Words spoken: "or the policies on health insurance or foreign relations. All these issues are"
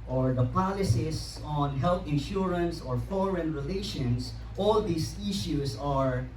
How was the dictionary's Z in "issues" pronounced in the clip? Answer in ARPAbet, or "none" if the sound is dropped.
S